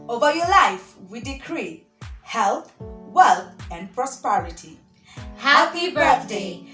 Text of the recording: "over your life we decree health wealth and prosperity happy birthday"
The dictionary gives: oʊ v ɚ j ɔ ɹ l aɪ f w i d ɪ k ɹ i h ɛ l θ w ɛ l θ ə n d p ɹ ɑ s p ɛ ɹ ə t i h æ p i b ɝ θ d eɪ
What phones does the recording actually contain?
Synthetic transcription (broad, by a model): oʊ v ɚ j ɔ l aɪ f w i d ɪ k ɹ i h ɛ l t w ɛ l t ə n d p ɹ ɑ s p ɛ ɹ ə t i h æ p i b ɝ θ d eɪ